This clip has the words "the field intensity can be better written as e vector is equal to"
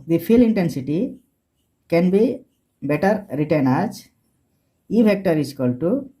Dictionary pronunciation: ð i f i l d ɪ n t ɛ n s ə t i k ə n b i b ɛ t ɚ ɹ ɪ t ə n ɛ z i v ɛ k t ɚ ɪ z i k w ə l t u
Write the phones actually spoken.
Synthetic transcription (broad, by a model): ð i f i l ɪ n t ɛ n s ə t i k ə n b i b ɛ t ɚ ɹ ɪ t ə n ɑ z i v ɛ k t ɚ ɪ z k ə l t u